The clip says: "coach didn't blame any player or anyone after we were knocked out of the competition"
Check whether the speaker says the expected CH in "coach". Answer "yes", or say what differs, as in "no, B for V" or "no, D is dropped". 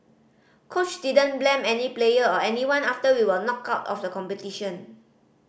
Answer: yes